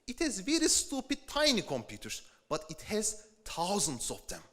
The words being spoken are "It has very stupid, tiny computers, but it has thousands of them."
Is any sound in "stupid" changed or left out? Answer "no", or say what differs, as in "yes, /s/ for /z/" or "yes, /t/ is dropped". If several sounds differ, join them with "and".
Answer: no